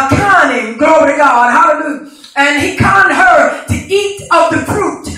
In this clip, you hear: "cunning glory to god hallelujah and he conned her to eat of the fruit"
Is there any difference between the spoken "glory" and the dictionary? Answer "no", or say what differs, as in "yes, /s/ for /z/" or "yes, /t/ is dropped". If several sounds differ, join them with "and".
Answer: yes, /ɹ/ is dropped